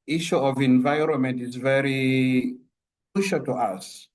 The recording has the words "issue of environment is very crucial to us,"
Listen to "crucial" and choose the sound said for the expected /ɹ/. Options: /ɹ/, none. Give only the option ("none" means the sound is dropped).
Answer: none